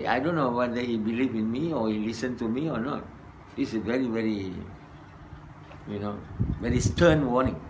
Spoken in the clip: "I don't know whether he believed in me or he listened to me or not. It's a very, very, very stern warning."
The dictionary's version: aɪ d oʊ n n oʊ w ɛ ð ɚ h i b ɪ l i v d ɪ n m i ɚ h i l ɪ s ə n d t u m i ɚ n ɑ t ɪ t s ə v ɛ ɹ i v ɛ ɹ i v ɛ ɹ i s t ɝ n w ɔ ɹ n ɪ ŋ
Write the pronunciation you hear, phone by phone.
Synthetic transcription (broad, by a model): aɪ d oʊ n n oʊ w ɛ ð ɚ h i b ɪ l i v ɪ n m i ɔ h i l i s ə n t u m i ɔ n ɑ t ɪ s ə v ɛ ɹ i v ɛ ɹ i v ɛ ɹ i s t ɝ n w ɔ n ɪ ŋ